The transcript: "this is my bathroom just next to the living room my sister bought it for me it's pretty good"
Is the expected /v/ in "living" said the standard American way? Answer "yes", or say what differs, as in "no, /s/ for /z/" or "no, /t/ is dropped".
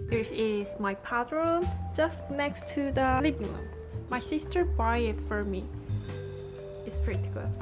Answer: no, /b/ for /v/